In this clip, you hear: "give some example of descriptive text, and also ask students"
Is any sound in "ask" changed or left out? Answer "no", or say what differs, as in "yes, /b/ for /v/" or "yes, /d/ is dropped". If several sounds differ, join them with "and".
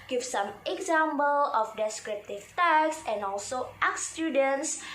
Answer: yes, /s/ is dropped